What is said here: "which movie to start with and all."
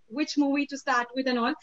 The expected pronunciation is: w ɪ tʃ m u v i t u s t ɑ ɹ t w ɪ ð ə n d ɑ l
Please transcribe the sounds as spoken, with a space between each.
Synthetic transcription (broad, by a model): w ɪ tʃ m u w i t u s t ɑ ɹ t w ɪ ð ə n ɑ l